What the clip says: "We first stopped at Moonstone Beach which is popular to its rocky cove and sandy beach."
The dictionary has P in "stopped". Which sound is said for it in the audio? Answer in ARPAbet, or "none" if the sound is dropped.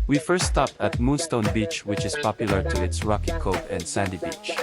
P